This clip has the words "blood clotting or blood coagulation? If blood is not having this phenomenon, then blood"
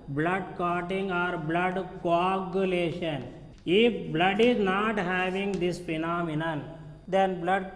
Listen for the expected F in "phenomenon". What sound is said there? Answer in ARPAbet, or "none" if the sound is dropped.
P